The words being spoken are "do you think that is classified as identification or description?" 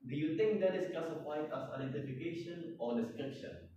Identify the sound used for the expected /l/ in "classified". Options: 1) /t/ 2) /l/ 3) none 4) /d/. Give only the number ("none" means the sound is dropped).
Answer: 3